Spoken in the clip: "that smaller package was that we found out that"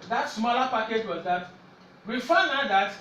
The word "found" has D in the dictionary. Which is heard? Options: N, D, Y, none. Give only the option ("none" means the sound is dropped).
none